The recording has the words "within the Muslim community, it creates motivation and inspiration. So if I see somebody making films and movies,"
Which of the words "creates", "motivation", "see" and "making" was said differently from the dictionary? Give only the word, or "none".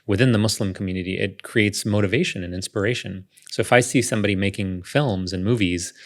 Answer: none